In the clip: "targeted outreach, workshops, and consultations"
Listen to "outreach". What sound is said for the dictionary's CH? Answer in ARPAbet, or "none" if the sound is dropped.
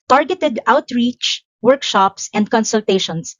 CH